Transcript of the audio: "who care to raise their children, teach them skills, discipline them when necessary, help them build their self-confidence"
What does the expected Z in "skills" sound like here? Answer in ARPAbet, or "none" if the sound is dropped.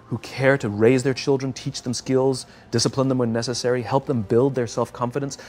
Z